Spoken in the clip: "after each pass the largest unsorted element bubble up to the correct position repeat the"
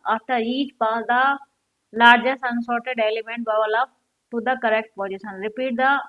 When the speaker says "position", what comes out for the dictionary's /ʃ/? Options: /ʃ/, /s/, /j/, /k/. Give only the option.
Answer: /s/